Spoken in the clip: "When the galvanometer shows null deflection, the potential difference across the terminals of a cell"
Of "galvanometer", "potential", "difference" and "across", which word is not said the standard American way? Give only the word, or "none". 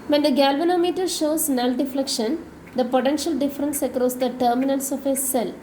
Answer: none